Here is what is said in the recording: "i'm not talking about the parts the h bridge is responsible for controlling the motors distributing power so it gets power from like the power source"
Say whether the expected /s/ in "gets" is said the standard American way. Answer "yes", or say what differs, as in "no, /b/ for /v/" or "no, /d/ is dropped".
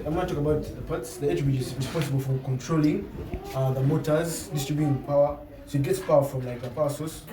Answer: yes